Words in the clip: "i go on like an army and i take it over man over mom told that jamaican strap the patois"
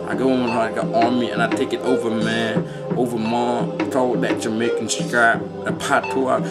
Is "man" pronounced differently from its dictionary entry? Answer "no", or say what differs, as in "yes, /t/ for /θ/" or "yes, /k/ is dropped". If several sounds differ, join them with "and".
yes, /n/ is dropped